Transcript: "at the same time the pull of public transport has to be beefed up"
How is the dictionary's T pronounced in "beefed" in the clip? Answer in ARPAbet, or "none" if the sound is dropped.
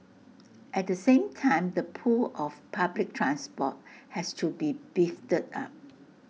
T